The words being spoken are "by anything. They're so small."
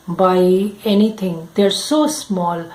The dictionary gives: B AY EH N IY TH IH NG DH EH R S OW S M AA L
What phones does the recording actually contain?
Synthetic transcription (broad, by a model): B AY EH N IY T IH NG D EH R S OW S M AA L